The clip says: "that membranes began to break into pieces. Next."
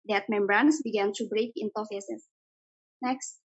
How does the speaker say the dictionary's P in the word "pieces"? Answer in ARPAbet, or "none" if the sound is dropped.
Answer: F